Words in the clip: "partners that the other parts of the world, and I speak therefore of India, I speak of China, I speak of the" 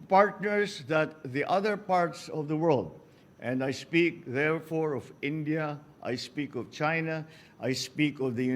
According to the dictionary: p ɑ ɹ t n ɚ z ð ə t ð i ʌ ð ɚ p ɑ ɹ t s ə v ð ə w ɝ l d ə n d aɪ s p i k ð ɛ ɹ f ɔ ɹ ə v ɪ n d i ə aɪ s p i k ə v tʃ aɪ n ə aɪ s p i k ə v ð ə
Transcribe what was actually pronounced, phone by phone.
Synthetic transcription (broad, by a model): p ɑ ɹ t n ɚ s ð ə t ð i ʌ ð ɚ p ɑ ɹ t s ə v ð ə w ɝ l d ə n d aɪ s p i k ð ɛ ɹ f ɔ ɹ ə v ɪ n d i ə aɪ s p i k ə v tʃ aɪ n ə aɪ s p i k ə v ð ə